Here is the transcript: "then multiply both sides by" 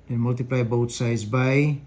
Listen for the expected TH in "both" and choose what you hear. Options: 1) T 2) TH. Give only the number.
1